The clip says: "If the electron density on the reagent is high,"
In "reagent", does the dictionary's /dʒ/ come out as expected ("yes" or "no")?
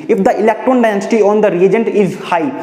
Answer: yes